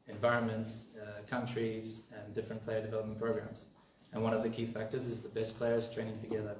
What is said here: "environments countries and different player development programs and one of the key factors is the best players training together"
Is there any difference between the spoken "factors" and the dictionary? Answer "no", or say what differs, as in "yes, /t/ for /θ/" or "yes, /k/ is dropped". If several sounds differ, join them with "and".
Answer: no